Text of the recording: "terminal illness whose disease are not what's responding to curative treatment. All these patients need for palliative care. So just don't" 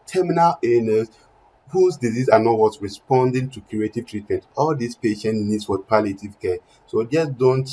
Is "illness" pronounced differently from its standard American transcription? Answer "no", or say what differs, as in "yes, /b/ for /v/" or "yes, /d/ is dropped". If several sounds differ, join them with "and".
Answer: yes, /l/ is dropped